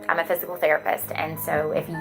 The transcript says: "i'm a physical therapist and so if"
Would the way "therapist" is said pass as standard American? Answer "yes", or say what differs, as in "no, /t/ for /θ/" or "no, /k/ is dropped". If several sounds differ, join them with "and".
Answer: yes